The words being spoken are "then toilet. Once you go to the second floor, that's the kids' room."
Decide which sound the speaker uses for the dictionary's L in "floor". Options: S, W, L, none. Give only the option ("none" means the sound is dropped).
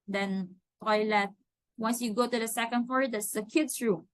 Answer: none